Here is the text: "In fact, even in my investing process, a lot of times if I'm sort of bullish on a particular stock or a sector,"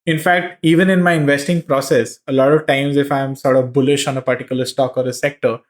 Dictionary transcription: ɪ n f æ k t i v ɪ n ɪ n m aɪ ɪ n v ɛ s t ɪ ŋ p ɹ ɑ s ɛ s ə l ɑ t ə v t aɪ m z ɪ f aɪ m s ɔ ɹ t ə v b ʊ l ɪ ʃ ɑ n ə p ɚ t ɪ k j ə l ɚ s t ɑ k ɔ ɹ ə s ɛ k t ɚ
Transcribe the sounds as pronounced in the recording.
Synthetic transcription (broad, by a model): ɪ n f æ k t i v ɪ n ɪ n m aɪ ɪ n v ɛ s t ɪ ŋ p ɹ ɑ s ɛ s ə l ɑ t ə v t aɪ m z ɪ f aɪ m s ɔ ɹ t ə v b ʊ l ɪ ʃ ɑ n ə p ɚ t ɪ k j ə l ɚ s t ɑ k ɔ ɹ ə s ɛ k t ɚ